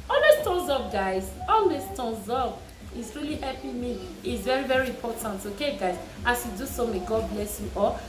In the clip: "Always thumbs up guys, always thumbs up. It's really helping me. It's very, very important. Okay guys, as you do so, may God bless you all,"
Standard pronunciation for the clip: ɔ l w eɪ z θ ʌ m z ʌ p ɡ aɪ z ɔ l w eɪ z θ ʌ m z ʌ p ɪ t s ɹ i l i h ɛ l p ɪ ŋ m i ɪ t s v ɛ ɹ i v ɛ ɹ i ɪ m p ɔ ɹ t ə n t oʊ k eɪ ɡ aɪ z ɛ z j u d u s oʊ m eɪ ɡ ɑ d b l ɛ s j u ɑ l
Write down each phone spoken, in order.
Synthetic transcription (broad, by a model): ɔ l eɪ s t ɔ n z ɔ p ɡ aɪ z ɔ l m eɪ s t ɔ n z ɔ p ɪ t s ɹ i l i h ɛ p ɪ m i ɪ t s v ɛ ɹ i v ɛ ɹ i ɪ m p ɔ t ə n t oʊ k eɪ ɡ aɪ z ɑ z j u d u s oʊ m eɪ ɡ ɑ d b l ɛ s j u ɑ